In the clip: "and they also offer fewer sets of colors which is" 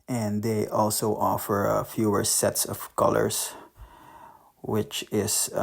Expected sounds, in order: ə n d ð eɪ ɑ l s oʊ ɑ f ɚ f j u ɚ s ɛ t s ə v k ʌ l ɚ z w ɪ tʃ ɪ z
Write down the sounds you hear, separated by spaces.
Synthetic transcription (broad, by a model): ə n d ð eɪ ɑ l s oʊ ɑ f ɚ f j u ɚ s ɛ t s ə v k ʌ l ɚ s w ɪ tʃ ɪ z